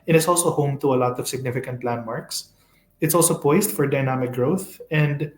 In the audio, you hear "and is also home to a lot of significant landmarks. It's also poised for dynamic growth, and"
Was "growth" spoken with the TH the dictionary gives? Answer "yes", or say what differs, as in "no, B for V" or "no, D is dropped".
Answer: yes